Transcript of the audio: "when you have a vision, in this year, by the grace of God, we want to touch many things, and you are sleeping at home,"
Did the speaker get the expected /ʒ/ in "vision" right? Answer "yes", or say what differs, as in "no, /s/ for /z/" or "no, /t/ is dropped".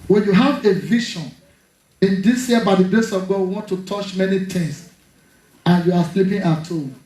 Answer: no, /ʃ/ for /ʒ/